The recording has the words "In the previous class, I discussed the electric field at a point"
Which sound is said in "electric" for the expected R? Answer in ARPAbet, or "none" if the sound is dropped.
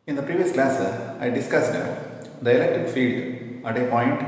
none